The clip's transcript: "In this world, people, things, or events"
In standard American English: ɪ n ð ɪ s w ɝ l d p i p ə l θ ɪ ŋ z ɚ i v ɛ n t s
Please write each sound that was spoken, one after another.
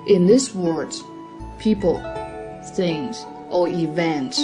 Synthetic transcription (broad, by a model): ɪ n ð ɪ s w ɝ d p i p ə l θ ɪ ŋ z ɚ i v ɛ n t